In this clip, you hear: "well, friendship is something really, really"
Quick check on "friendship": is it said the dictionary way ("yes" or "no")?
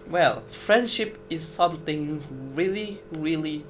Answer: yes